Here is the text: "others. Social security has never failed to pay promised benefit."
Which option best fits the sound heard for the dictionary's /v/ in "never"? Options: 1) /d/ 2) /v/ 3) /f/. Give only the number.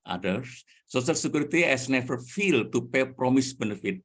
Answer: 3